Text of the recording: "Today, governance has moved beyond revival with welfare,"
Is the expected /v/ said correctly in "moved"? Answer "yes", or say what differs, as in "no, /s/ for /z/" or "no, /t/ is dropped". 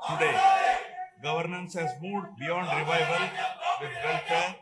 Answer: no, /v/ is dropped